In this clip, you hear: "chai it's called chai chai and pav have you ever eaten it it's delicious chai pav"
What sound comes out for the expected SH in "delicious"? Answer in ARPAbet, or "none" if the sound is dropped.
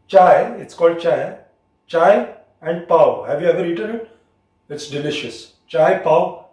SH